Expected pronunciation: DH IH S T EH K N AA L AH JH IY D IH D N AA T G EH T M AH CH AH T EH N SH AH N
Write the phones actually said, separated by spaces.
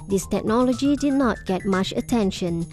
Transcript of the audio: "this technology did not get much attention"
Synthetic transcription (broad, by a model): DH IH S T EH K N AA L AH JH IY D IH D N AA T G EH T M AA CH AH T EH N SH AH N